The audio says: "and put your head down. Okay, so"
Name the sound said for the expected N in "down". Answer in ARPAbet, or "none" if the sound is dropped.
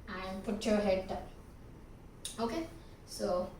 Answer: none